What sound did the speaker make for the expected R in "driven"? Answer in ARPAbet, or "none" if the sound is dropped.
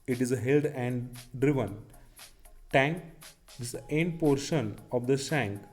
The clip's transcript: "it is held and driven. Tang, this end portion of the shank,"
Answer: R